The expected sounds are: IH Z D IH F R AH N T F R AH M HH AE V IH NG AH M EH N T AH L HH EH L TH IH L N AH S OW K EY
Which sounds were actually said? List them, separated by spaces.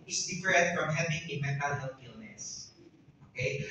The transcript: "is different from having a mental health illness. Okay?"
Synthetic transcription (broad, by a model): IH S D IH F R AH T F R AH M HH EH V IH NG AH M EH N T AH L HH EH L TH IH L N AH S OW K EY